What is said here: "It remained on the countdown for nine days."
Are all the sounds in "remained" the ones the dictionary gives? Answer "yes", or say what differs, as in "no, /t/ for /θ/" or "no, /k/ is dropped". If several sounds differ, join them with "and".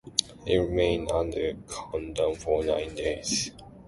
no, /d/ is dropped